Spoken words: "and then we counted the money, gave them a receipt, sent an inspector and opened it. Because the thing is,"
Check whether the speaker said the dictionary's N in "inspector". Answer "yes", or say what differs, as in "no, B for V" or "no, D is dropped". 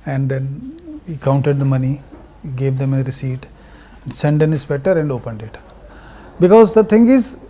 no, N is dropped